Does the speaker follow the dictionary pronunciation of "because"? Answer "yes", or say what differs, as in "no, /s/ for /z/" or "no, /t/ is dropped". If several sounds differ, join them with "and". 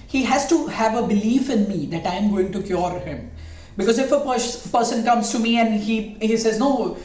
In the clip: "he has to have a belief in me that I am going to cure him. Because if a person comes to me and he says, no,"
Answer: yes